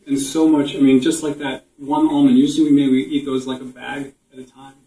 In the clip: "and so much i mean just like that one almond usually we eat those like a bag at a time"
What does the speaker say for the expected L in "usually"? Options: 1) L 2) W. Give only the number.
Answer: 2